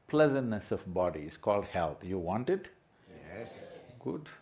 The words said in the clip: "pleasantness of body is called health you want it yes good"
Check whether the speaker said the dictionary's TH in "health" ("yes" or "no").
no